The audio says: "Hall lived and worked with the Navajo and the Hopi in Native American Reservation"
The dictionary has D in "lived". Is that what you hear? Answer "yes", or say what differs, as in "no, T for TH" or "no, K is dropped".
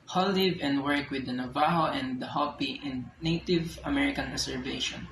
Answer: no, D is dropped